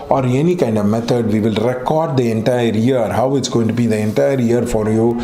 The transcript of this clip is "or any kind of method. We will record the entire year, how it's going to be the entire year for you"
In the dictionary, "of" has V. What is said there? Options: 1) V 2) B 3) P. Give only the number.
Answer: 1